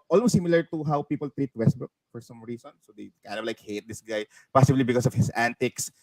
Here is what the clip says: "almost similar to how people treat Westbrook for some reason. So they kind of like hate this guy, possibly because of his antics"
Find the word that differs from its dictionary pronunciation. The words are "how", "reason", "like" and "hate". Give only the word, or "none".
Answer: reason